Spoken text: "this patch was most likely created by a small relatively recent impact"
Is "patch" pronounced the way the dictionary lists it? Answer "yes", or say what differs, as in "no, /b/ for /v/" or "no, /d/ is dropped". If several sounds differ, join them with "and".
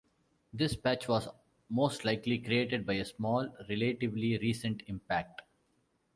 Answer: yes